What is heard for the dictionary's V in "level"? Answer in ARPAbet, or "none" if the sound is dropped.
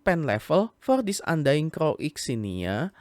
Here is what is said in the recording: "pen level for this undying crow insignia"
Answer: F